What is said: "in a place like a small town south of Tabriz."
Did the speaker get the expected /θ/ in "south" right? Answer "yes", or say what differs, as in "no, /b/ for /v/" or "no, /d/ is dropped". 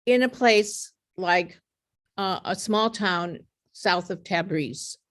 yes